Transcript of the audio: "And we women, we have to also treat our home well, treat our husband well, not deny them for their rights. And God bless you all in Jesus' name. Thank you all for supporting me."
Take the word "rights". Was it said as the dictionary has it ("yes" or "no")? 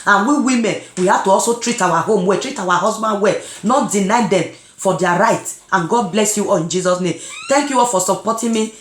no